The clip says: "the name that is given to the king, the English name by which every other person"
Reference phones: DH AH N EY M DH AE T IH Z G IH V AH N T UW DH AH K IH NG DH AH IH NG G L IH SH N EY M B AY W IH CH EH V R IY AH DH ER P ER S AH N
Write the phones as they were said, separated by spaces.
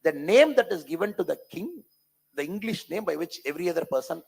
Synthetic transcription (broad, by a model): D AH N EY M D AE T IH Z G IH V AH N T UW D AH K IH NG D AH IH NG G L IH SH N EY M B AY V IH CH EH V R IY AH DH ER P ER S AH N